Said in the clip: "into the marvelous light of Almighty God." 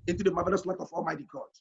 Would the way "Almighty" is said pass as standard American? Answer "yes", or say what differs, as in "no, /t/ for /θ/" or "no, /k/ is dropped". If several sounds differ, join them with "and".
yes